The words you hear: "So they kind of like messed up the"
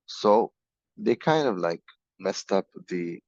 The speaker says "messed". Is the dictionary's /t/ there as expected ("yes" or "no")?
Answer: yes